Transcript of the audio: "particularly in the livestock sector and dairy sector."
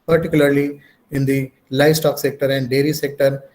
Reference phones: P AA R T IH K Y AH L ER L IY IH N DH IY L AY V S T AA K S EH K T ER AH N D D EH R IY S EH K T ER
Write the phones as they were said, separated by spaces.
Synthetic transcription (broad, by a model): P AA R T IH K Y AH L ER L IY IH N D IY L AY V S T AA K S EH K T ER AH N D D EH R IY S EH K T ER